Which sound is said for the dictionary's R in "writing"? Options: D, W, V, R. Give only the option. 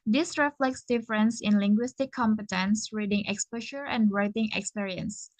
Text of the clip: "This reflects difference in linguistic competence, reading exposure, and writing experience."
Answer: R